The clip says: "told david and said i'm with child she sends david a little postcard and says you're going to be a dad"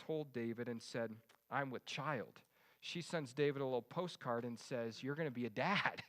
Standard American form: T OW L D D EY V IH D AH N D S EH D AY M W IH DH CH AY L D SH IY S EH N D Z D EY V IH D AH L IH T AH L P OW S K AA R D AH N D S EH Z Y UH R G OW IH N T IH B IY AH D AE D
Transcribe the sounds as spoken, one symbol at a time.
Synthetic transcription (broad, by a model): OW L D D EY V IH D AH N S EH D AY M W IH DH CH AY L D SH IY S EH N Z D EY V IH D AH L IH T L P OW S K AA R D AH N S EH Z Y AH R G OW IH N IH B IY AH D AE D